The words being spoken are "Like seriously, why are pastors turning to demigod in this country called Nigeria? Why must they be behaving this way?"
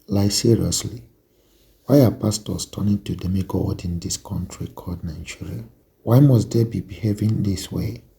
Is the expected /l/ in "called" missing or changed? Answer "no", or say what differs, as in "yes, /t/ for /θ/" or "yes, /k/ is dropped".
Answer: yes, /l/ is dropped